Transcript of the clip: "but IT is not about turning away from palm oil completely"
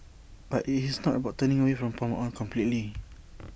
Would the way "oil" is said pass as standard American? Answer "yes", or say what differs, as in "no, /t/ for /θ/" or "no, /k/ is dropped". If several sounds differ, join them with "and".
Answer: no, /n/ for /l/